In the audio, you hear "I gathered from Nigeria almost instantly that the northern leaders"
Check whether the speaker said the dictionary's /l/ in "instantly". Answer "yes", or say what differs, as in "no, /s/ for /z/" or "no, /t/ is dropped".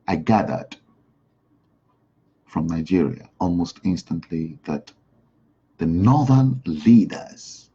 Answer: yes